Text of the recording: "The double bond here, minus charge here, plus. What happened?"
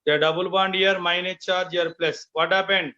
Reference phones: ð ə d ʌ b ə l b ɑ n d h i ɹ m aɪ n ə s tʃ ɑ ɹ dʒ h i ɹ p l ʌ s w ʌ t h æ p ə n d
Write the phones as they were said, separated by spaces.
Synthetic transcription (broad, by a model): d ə d ʌ b ə l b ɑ n d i ɹ m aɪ n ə tʃ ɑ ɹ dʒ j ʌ ɹ p l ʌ s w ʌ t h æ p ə n d